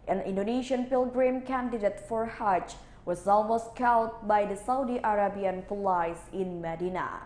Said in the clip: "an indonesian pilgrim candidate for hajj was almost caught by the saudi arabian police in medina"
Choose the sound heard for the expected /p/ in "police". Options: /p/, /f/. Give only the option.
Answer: /f/